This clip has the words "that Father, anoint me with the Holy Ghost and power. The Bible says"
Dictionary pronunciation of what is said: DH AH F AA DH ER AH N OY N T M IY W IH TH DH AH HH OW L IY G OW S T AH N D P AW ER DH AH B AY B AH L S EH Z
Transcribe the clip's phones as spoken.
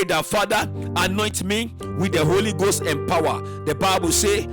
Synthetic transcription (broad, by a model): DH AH F AA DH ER AH N OY N T M IY W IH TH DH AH HH OW L IY G OW S T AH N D P AW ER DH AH B AY B AH L S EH